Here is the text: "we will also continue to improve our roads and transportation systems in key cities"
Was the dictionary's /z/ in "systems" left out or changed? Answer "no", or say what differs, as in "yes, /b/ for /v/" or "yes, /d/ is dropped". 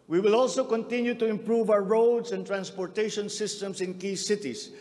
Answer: yes, /s/ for /z/